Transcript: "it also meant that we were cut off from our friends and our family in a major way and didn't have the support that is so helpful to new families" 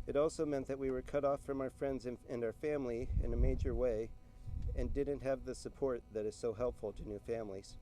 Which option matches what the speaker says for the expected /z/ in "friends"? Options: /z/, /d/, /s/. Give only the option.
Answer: /z/